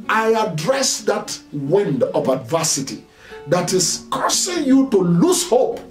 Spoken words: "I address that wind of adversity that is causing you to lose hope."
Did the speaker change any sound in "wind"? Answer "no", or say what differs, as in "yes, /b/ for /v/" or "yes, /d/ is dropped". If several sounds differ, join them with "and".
no